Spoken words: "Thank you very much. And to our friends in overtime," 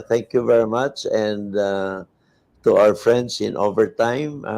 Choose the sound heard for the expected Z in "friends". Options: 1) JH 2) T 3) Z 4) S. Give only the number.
4